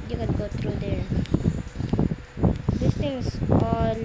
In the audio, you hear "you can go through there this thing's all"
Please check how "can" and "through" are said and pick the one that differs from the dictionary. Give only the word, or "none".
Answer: through